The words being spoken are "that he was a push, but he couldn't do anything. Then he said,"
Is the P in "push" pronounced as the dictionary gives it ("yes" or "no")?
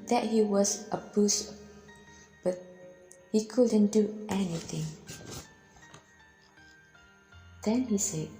no